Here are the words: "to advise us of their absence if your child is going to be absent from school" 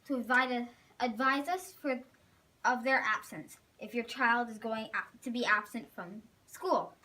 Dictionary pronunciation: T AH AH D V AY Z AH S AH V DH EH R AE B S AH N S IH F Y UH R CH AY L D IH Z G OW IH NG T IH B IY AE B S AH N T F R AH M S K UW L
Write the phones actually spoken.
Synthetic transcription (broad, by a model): T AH AH D V AY Z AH S AH V DH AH R AE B S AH N S IH F Y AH R CH AY L D IH Z G OW IH NG T IH B IY AE B S AH N T F R AH M S K UW L